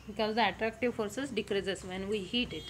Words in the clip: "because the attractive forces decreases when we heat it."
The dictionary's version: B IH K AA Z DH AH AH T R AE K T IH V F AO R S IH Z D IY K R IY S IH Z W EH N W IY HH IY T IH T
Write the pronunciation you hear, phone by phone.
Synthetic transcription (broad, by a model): B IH K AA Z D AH AH T R AE K T IH V F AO R S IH S D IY K R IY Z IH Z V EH N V IY HH IY T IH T